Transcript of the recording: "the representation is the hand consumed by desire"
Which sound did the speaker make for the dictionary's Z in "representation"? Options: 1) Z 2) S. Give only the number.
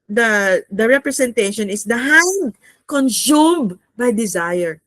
2